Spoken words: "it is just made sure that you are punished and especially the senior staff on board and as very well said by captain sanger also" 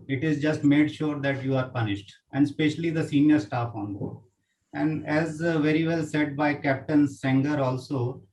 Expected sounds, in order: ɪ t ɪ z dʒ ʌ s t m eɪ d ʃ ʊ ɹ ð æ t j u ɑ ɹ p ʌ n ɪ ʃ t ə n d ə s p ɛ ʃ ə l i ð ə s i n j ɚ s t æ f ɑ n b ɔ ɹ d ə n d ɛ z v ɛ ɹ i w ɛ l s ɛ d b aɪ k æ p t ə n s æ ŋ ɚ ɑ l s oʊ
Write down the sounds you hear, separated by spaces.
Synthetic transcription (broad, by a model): ɪ t ɪ z dʒ ʌ s t m eɪ d ʃ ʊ ɹ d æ t j u ɑ ɹ p ʌ n ɪ ʃ t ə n d s p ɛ ʃ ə l i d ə s i n j ɚ s t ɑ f ɑ n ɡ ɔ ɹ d ə n d ɛ z v ɛ ɹ i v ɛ l s ɛ d b aɪ k æ p t ə n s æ ŋ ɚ ɑ l s oʊ